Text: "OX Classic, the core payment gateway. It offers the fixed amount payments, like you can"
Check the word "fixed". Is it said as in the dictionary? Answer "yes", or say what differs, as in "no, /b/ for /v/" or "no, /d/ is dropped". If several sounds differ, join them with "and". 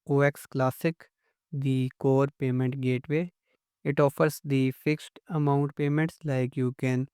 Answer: yes